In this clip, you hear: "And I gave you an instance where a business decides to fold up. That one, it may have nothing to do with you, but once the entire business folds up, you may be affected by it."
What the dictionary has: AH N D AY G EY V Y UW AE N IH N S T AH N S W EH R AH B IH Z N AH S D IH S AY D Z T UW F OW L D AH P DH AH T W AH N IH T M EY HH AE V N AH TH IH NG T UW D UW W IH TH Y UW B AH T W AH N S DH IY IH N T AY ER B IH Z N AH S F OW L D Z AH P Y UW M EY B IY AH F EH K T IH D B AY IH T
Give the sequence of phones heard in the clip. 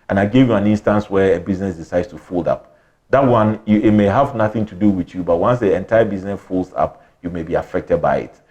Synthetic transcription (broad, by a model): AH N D AY G EY V Y UW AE N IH N S T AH N S W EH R AH B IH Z N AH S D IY S AY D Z T UW F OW L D AH P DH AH T W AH N IH T M EY HH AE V N AH TH IH NG T UW D UW W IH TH Y UW B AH T W AH N S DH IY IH N T AY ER B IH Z N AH S F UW L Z AH P Y UW M EY B IY AH F EH K T IH D B AY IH T